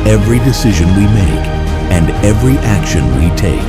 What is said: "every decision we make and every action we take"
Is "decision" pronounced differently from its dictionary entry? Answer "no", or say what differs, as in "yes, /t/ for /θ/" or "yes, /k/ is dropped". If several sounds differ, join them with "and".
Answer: no